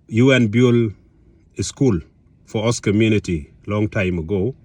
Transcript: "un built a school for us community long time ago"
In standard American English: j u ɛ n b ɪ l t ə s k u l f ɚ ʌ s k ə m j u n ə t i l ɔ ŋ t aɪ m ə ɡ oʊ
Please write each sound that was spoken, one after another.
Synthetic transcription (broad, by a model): j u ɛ n b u l ə s k u l f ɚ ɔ s k ə m j u n ə t i l ɔ ŋ t aɪ m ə ɡ oʊ